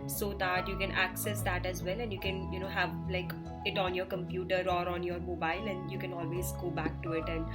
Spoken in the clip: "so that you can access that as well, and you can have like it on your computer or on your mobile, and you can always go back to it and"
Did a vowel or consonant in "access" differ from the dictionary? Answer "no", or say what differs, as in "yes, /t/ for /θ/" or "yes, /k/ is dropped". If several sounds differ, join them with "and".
no